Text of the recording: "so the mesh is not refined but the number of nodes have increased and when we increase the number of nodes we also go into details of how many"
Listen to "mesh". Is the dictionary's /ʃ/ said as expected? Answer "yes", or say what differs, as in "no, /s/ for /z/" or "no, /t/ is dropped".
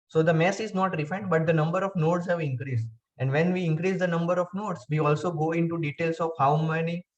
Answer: no, /s/ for /ʃ/